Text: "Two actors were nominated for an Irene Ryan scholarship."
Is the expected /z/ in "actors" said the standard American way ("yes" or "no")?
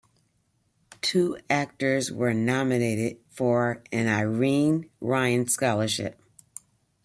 yes